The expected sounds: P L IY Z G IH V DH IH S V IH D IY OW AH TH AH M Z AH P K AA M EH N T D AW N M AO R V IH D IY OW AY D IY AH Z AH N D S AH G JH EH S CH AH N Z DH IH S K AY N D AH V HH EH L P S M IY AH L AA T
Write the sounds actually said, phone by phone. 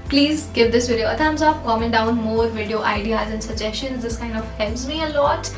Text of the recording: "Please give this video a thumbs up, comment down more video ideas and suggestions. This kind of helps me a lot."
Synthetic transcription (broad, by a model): P L IY Z G IH V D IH S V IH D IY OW AH T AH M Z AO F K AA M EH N D AW N M AO R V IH D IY OW AY D IY AH Z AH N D S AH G JH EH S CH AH N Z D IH S K AY N D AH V HH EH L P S M IY AH L AA T